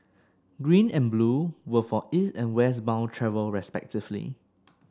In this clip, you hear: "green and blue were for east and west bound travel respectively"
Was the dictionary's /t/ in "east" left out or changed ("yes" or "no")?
yes